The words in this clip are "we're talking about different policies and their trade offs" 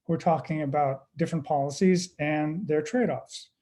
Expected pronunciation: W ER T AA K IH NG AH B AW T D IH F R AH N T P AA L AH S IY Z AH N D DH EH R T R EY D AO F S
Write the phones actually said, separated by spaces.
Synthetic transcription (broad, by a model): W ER T AA K IH NG AH B AW T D IH F R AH N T P AA L AH S IY Z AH N DH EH R T R EY D AO F S